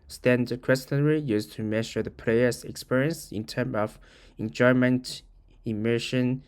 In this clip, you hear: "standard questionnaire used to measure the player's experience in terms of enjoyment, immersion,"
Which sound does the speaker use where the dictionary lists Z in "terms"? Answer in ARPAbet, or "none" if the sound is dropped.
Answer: none